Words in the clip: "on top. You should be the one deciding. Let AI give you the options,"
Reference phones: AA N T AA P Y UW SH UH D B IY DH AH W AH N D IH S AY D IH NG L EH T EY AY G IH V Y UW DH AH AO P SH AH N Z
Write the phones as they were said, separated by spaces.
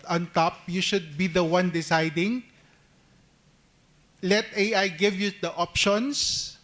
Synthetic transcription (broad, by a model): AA N T AA P Y UW SH UH D B IY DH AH W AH N D IH S AY D IH NG L EH T EY AY G IH V Y UW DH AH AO P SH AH N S